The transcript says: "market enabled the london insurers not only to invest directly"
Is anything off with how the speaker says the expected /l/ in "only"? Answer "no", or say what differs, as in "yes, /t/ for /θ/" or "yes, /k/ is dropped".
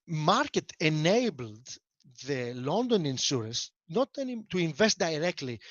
yes, /l/ is dropped